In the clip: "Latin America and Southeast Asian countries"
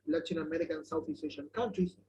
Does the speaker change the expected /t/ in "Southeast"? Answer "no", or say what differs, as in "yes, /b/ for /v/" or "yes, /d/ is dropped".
yes, /t/ is dropped